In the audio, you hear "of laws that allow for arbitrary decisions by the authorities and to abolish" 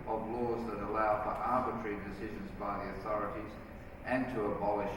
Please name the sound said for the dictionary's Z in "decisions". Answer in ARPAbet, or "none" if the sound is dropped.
Z